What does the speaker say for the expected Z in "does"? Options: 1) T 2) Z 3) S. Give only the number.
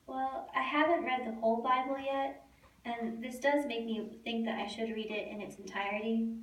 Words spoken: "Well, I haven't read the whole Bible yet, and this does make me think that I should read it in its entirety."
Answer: 2